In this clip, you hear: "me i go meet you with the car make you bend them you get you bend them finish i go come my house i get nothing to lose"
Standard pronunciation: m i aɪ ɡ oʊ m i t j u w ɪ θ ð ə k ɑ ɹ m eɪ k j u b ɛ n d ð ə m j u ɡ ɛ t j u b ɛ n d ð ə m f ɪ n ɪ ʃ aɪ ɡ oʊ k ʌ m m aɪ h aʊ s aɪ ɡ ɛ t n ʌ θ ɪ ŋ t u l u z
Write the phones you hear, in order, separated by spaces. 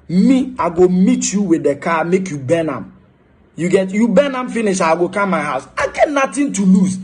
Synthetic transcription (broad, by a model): m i aɪ ɡ oʊ m i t j u w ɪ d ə k ɑ m eɪ k j u b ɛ n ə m j u ɡ ɛ t j u b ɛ n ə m f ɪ n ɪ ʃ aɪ ɡ oʊ k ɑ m m aɪ h aʊ s aɪ ɡ ɛ t n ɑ t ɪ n t u l u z